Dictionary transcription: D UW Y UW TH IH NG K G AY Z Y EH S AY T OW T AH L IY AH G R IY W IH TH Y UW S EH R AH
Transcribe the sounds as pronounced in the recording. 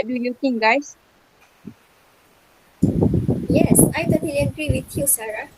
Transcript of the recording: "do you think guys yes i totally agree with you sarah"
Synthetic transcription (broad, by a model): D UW Y UW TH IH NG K G AY S Y EH S AY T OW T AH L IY AH G R IY W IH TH Y UW S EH R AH